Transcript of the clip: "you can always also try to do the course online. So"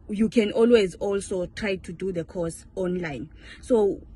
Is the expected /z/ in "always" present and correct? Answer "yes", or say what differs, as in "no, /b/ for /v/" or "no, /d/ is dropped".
yes